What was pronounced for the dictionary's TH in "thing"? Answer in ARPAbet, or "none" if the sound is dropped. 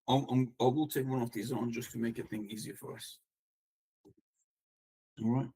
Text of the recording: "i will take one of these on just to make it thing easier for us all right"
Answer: TH